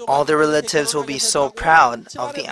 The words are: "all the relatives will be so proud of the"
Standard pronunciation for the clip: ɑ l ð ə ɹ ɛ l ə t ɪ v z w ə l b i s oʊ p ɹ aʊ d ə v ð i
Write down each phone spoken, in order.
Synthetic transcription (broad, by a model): ɑ l ð ə ɹ ɛ l ə t ɪ v z w ə l b i s oʊ p ɹ aʊ d ə v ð i